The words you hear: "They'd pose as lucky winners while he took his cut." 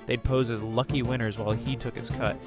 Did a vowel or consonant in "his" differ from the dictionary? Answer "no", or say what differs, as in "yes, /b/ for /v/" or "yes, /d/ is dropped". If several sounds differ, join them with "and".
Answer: yes, /s/ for /z/